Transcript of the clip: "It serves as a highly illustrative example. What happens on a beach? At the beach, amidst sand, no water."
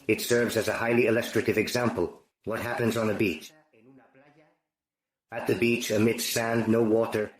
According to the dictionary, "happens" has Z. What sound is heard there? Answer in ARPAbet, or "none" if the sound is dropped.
Z